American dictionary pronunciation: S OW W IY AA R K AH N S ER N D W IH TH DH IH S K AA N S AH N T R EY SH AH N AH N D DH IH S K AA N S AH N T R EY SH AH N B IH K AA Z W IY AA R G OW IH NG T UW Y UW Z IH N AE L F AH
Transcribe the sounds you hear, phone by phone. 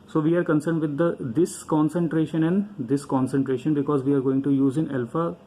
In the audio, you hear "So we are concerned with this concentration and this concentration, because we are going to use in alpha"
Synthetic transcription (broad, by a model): S OW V IY AA R K AH N S ER N D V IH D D IH S K AA N S AH N T R EY SH AH N AH N D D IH S K AA N S AH N T R EY SH AH N B IH K AA Z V IY AA R G OW IH NG T UW Y UW Z IH N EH L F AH